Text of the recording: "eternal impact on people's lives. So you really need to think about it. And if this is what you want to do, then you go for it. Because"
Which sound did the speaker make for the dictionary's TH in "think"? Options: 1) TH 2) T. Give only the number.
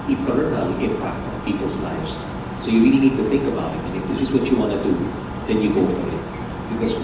1